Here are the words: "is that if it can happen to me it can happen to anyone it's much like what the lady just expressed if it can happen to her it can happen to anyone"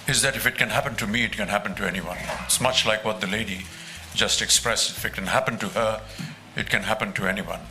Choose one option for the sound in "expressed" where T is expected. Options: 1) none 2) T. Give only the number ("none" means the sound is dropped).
1